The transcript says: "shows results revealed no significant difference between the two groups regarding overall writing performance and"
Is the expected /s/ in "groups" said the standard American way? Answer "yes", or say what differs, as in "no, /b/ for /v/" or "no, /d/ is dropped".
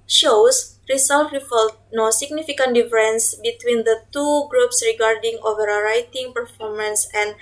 yes